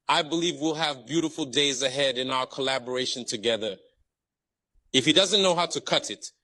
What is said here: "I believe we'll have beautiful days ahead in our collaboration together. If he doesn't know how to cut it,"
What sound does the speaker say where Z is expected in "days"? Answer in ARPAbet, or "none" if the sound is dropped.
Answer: Z